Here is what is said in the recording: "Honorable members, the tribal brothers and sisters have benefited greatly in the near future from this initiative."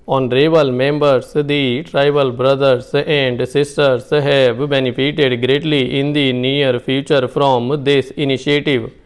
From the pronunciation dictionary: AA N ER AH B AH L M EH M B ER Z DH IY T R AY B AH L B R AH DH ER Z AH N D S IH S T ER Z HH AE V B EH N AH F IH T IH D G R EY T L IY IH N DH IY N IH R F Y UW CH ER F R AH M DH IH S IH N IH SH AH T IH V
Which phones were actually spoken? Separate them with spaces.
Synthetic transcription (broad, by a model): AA N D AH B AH L M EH M B ER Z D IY T R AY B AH L B R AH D ER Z AH N D S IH S T ER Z HH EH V B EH N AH P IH T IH D G R EY T L IY IH N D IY N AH R P Y UW CH ER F R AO M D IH S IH N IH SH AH T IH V